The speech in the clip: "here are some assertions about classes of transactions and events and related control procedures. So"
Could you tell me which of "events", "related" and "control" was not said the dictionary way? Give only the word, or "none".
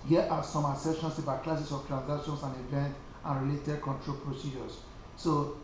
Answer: events